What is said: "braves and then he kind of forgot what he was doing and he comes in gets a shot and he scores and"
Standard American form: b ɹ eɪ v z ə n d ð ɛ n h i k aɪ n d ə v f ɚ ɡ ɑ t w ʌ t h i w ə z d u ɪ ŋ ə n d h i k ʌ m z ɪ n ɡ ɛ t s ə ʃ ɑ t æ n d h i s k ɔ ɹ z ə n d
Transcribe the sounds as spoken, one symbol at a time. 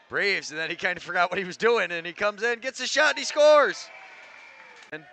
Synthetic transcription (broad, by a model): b ɹ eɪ v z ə n ð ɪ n h i k aɪ n d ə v f ɚ ɡ ɑ t w ʌ t h i w ə z d u ɪ ŋ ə n i k ʌ m z ɪ n ɡ ɛ t s ə ʃ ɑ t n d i s k ɔ ɹ z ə n